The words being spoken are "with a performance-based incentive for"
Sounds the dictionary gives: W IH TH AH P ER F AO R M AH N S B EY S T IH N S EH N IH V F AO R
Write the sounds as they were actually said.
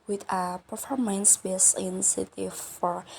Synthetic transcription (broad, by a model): W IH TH AH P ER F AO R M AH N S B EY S IH N S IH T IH F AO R